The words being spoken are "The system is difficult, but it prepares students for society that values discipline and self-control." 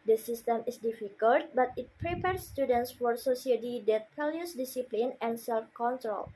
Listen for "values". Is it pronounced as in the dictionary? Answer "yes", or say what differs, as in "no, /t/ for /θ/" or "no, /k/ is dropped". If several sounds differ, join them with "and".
no, /p/ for /v/ and /s/ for /z/